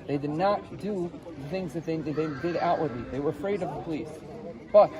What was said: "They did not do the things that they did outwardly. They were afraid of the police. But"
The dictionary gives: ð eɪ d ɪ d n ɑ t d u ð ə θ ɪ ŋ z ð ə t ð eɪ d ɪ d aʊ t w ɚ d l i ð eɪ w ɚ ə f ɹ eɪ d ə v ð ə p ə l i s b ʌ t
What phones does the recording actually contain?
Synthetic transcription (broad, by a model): ð eɪ d ɪ d n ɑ t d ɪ ð ə θ ɪ ŋ z ð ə t ð eɪ d ɪ d aʊ t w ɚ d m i ð eɪ w ɚ ə f ɹ eɪ d ə v ð ə p ə l i s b ʌ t